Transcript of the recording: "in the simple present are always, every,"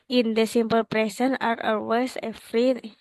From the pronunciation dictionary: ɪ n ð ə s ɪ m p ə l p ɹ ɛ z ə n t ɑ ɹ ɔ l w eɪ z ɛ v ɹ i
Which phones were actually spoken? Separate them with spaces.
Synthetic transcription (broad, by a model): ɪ n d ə s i m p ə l p ɹ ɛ s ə n ɑ ɹ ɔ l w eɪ s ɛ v ɹ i